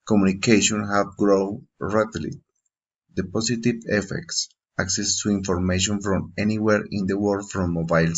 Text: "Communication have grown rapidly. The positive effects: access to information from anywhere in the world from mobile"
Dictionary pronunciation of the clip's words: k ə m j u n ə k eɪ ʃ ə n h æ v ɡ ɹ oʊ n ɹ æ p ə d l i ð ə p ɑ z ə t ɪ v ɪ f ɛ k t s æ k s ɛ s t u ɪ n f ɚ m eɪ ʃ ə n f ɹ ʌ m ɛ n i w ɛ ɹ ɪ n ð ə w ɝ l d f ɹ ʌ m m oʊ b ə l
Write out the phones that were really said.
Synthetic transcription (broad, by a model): k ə m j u n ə k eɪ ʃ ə n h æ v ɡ ɹ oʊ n ɹ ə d l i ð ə p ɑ s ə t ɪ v ɪ f ɛ k t s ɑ k s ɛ s t u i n f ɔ m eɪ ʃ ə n f ɹ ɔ m ɛ n i w ɛ ɹ ɪ n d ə w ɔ d f ɹ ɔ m m oʊ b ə l